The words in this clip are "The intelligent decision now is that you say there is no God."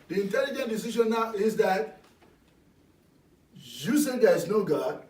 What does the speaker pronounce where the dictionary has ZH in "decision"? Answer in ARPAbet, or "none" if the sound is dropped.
SH